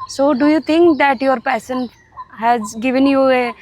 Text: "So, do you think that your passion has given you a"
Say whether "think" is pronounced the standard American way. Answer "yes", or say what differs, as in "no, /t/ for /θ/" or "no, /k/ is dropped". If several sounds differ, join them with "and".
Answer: no, /t/ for /θ/